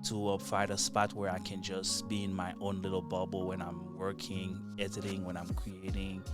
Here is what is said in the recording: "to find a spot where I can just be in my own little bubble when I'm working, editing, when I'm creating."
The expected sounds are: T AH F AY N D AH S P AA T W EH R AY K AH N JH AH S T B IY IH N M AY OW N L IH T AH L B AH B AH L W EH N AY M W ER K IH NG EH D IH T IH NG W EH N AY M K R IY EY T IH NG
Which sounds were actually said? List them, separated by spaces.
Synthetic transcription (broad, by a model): T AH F AY D AH S P AA T W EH R AY K AH N JH AH S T B IY IH N M AY OW N L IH T L B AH B L W EH N AY M W ER K IH NG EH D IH T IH NG W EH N AY M K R IY EY T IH NG